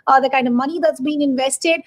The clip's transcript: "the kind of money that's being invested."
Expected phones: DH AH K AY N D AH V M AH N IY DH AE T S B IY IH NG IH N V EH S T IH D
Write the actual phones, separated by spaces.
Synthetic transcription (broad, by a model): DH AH K AY N D AH V M AH N IY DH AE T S B IY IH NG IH N V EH S T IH D